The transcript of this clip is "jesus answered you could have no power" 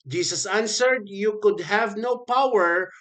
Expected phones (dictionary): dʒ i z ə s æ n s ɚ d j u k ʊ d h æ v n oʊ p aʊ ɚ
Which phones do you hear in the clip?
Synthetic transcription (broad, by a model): dʒ i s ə s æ n s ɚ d j u k ʊ d h æ v n oʊ p aʊ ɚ